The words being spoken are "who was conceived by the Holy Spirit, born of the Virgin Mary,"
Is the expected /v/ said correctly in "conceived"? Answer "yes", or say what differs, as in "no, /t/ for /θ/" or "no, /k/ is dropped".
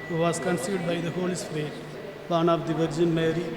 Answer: no, /v/ is dropped